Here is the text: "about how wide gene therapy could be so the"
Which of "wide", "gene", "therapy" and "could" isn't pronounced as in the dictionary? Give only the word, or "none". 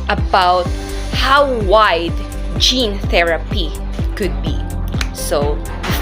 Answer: none